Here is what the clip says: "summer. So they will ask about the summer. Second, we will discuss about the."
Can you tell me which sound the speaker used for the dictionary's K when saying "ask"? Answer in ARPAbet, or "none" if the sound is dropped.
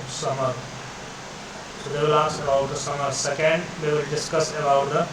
none